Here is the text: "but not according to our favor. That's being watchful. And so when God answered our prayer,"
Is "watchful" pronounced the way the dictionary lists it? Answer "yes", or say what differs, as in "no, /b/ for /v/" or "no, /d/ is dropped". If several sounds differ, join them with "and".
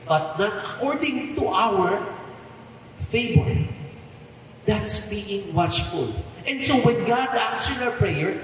yes